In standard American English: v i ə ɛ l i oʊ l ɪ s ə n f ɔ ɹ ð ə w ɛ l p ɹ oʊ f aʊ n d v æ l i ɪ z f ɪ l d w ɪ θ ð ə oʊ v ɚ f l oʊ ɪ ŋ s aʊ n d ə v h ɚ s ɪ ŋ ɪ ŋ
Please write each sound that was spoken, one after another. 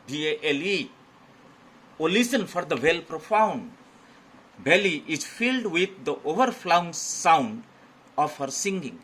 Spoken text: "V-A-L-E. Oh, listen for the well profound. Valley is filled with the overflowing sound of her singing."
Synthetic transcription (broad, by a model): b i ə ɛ l i oʊ l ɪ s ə n f ɔ ɹ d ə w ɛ l p ɹ oʊ f aʊ n d b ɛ l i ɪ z f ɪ l d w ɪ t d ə oʊ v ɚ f l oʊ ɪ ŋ s aʊ n d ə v h ɚ s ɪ ŋ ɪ ŋ